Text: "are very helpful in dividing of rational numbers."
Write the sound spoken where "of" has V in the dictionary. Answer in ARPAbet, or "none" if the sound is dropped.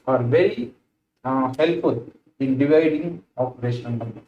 P